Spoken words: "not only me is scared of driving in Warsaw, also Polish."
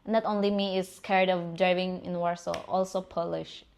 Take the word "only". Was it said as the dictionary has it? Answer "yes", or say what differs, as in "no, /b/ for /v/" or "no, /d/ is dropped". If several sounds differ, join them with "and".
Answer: yes